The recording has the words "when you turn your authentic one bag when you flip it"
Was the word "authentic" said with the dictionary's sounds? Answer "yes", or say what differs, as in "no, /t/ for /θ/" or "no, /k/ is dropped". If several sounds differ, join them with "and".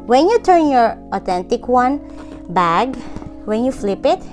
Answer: no, /t/ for /θ/